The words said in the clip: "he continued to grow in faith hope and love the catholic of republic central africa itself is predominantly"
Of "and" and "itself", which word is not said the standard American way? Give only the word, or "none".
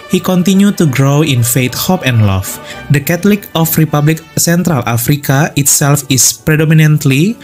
none